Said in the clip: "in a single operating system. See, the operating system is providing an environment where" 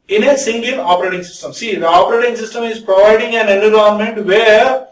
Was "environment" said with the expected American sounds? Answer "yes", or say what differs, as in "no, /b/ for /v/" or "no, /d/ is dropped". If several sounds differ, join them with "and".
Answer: no, /v/ is dropped